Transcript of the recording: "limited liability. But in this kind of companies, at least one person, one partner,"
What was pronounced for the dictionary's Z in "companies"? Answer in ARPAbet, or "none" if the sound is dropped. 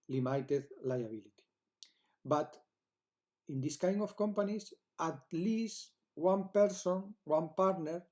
S